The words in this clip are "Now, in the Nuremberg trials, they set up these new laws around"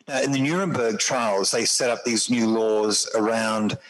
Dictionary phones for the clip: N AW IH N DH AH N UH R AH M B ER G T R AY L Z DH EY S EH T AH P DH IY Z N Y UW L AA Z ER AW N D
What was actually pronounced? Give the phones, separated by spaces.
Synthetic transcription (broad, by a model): N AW IH N DH AH N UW R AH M B ER G T R AY L Z DH EY S EH T AH P DH IY Z N Y UW L AA Z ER AW N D